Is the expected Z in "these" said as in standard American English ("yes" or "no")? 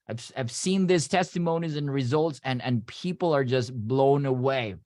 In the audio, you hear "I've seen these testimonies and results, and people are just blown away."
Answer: no